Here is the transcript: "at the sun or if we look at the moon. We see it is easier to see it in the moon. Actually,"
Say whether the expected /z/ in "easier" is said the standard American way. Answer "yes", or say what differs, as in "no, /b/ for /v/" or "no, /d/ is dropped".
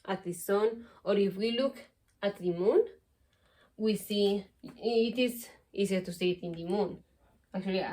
no, /s/ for /z/